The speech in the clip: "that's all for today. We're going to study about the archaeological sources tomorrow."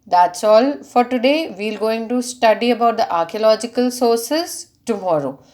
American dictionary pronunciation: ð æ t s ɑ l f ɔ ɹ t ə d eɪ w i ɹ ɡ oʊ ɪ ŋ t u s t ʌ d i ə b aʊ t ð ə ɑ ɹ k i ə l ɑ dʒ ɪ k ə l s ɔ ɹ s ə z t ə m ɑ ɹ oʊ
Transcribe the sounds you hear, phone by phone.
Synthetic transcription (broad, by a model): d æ t s ɑ l f ɔ ɹ t ə d eɪ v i l ɡ oʊ ɪ ŋ t u s t ʌ d i ə b aʊ t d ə ɑ ɹ k i ə l ɑ dʒ ɪ k ə l s ɔ ɹ s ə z t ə m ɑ ɹ oʊ